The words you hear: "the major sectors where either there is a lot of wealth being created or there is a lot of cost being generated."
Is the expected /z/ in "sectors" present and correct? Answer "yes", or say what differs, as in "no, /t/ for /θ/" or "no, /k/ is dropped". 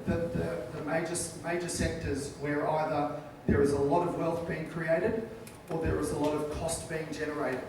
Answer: yes